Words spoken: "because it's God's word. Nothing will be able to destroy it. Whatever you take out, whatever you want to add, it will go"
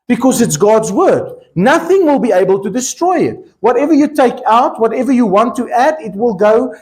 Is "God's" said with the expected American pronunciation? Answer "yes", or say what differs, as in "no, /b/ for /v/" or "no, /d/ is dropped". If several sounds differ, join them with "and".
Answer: yes